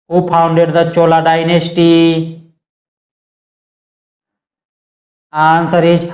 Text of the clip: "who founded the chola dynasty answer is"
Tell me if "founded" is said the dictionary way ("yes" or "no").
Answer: no